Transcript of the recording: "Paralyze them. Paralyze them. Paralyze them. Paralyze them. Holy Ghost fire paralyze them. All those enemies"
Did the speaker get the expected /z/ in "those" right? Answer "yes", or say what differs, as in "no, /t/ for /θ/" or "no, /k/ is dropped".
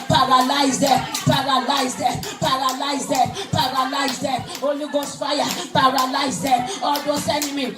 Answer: no, /s/ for /z/